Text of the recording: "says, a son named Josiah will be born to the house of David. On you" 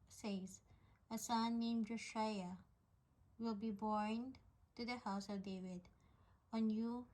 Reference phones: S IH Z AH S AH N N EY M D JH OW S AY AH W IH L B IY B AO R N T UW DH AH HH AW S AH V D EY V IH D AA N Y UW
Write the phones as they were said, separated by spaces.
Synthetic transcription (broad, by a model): S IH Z AH S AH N N EY M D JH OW SH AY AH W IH L B IY B AO R N T UW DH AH HH AW S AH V D EY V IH D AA N Y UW